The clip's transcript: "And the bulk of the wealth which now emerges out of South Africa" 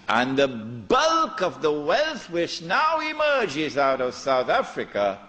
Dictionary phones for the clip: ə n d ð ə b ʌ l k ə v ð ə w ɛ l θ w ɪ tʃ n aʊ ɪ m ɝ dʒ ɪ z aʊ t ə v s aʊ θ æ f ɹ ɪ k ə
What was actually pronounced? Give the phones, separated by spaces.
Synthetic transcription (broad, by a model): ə n ð ə b ʌ l k ə v ð ə w ɛ l θ w ɪ tʃ n aʊ ɪ m ɝ dʒ ɪ z aʊ t ə v s aʊ θ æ f ɹ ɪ k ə